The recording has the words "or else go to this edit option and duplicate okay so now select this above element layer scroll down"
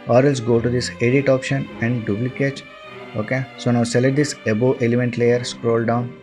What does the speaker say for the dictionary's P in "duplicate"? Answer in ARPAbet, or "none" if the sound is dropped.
B